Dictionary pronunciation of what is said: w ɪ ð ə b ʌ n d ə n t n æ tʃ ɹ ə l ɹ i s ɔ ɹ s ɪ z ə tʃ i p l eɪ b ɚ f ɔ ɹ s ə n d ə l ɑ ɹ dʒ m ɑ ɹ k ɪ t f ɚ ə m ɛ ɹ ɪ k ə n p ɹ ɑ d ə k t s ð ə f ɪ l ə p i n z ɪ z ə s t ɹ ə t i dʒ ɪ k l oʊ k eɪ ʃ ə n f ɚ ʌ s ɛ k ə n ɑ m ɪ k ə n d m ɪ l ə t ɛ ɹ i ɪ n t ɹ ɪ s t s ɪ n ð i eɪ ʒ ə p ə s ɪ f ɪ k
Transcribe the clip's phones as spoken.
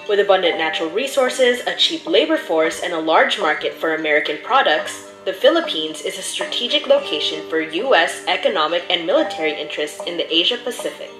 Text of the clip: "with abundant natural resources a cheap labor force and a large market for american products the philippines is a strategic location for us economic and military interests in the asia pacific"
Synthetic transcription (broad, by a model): w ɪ ð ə b ʌ n d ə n n æ tʃ ɹ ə l ɹ i s ɔ ɹ s ɪ z ə tʃ i p l eɪ b ɚ f ɔ ɹ s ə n ə l ɑ ɹ dʒ m ɑ ɹ k ɪ t f ɚ ə m ɛ ɹ ɪ k ə n p ɹ ɑ d ə k t s ð ə f ɪ l ə p i n z ɪ z ə s t ɹ ə t i dʒ ɪ k l oʊ k eɪ ʃ ə n f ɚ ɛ s ɛ k ə n ɑ m ɪ k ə n m ɪ l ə t ɛ ɹ i ɪ n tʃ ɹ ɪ s t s ɪ n ð i eɪ ʒ ə p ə s ɪ f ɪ k